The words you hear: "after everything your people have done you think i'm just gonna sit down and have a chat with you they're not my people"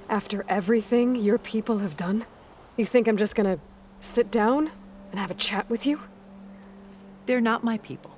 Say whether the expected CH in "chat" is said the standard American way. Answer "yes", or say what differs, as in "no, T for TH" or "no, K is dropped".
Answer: yes